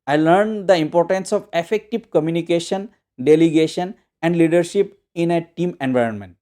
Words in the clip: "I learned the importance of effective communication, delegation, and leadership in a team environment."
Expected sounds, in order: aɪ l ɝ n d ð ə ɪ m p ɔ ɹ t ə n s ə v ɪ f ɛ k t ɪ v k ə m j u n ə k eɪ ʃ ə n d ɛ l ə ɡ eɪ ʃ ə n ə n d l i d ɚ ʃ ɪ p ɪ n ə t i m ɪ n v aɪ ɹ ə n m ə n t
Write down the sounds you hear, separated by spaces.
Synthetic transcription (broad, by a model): aɪ l ɝ n d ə ɪ m p ɔ ɹ t ə n s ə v ɪ f ɛ k t ɪ v k ə m j u n ə k eɪ ʃ ə n d ɛ l ə ɡ eɪ ʃ ə n ə n d l i d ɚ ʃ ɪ p ɪ n ə t i m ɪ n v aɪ ɹ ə n m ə n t